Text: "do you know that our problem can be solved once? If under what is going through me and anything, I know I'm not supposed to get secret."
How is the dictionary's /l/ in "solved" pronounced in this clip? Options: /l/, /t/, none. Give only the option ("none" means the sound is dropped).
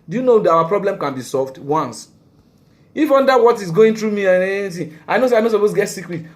/l/